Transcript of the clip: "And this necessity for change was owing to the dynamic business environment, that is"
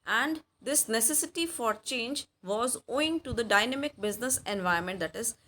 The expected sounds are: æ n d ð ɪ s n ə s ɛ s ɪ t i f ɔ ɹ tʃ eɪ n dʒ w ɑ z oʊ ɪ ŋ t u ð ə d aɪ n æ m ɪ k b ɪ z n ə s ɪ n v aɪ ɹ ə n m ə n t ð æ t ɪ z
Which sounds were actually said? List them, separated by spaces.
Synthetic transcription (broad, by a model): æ n d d ɪ s n ə s ɛ s ɪ t i f ɔ ɹ tʃ eɪ n dʒ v ɑ z oʊ ɪ ŋ t u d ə d aɪ n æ m ɪ k b ɪ z n ə s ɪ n v aɪ ə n m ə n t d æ t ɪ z